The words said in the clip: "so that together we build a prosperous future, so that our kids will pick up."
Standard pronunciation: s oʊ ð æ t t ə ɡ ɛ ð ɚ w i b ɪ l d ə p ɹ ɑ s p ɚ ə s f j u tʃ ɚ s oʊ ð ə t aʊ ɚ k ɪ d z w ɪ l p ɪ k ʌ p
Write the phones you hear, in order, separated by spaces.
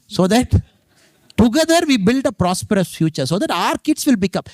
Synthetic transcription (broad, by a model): s oʊ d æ t t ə ɡ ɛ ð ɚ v i b ɪ l d ə p ɹ ɑ s p ɚ ə s f j u tʃ ɚ s oʊ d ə t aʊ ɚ k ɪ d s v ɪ l b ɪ k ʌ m